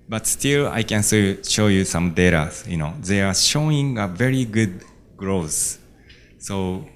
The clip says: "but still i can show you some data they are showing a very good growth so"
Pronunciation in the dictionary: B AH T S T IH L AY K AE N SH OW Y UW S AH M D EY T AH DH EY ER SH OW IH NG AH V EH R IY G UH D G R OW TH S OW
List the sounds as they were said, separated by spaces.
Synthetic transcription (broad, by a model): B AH T S T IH L AY K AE N SH OW Y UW S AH M D EY T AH DH EY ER SH OW IH NG AH V EH R IY G UH D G R OW S S OW